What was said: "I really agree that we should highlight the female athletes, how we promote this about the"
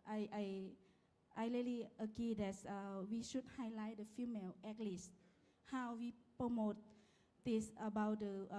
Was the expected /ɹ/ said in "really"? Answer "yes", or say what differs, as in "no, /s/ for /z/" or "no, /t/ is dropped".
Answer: no, /l/ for /ɹ/